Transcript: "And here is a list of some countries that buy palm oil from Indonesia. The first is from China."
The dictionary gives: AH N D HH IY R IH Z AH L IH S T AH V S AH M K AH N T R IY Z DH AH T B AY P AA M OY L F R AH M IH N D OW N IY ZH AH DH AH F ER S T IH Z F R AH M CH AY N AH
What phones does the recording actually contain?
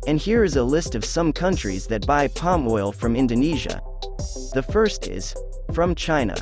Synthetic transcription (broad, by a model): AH N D HH IY R IH Z AH L IH S T AH V S AH M K AH N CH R IY Z DH AH T B AY P AA M OY L F R AH M IH N D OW N IY ZH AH DH AH F ER S T IH Z F R AH M CH AY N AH